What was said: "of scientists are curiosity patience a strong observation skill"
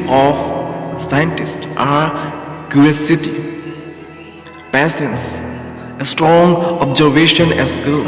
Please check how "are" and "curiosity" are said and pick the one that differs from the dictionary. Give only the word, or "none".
curiosity